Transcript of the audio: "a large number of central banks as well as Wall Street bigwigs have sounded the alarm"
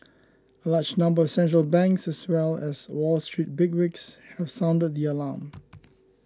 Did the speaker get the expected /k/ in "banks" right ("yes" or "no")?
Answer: yes